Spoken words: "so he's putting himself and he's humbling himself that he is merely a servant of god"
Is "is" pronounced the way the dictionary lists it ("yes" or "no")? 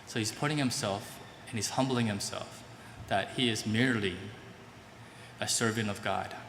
yes